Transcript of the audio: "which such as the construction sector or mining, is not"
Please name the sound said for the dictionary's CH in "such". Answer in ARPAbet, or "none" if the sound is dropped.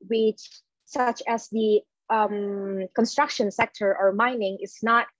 CH